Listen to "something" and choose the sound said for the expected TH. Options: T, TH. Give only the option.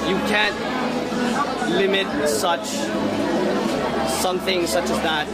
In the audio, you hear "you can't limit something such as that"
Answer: TH